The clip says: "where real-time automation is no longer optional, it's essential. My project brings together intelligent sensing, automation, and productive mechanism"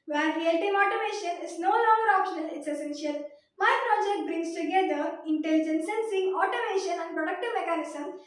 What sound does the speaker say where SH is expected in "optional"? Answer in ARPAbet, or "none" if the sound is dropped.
SH